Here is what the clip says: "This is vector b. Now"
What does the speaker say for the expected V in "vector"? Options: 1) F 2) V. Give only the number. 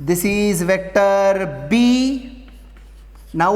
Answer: 2